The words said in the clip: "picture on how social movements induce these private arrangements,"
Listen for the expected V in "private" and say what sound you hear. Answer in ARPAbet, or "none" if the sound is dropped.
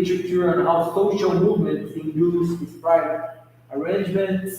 none